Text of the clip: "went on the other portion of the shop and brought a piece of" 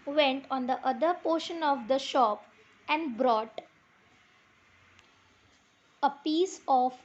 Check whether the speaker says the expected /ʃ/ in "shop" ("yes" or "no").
yes